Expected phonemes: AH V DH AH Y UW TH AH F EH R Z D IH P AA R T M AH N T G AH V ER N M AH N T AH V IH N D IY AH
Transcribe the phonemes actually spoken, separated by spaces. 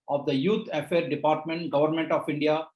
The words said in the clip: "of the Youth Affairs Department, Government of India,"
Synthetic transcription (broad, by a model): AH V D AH Y UW T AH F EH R D IH P AA R T M AH N T G AH V ER N M AH N T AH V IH N D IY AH